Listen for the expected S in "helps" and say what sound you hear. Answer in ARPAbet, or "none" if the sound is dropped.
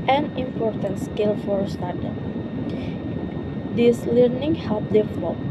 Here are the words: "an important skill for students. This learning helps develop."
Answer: none